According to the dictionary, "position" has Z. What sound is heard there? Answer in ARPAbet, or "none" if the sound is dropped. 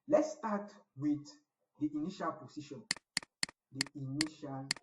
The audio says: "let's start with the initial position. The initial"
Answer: S